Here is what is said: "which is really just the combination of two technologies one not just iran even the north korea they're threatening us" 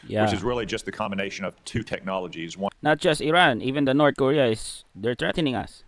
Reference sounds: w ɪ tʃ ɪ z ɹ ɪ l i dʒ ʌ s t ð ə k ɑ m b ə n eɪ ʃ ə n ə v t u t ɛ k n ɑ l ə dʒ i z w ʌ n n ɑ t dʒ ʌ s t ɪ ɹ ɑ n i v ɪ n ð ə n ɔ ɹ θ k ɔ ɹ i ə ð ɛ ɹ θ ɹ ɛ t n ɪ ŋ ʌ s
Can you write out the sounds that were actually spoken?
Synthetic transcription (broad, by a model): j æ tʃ ɪ z ɹ ɪ l i dʒ ʌ s t ð ə k ɑ m b ə n eɪ ʃ ə n ə v t u t ɛ k n ɑ l ə dʒ i z w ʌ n n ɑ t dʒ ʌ s t ɪ ɹ ɑ n i v ɪ n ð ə n ɔ ɹ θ k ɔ ɹ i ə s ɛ ɹ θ ɹ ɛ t n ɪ ŋ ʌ s